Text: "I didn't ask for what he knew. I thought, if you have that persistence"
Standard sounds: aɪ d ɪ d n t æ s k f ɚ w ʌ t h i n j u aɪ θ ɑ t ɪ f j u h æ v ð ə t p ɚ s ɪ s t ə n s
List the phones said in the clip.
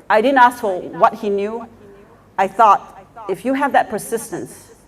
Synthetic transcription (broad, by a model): aɪ d ɪ d n t æ s k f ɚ w ʌ t h i n j u aɪ θ ɑ t ɪ f j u h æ v ð ə t p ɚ s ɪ s t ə n s